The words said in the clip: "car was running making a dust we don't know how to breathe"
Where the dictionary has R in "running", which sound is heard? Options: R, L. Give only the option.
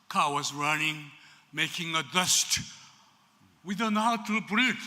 R